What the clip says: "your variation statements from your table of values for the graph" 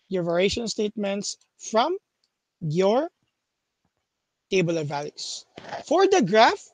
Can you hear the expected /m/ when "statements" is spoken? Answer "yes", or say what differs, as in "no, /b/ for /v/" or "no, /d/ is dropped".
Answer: yes